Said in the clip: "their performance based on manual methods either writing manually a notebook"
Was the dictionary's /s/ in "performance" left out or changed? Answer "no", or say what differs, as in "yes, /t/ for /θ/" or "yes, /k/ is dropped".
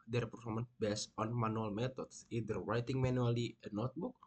yes, /s/ is dropped